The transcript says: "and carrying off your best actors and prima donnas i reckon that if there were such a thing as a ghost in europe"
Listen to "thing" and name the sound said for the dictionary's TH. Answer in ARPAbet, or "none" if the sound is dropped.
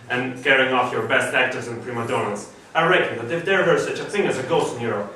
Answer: TH